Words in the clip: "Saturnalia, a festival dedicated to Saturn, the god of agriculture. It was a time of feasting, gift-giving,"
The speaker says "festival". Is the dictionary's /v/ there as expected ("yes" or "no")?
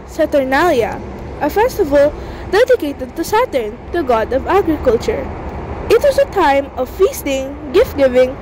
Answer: yes